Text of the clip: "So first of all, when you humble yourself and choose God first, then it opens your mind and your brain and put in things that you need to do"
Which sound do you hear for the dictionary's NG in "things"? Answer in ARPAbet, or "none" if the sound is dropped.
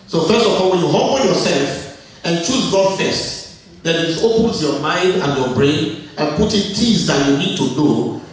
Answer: none